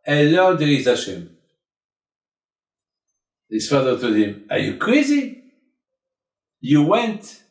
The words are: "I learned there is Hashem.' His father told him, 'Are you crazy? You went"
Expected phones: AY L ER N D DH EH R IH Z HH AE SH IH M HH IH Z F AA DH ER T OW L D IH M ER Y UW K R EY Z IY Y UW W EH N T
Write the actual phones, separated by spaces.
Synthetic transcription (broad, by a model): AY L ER D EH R IH Z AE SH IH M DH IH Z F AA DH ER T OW D IH M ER Y UW K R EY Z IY Y UW W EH N T